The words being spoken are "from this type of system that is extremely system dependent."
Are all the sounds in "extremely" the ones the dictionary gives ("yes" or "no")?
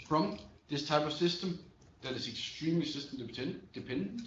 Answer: no